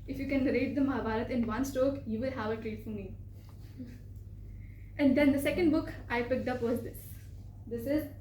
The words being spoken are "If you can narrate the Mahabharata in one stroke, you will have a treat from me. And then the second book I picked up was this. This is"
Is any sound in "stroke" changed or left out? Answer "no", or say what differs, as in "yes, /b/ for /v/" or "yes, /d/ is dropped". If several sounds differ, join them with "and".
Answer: yes, /ɹ/ is dropped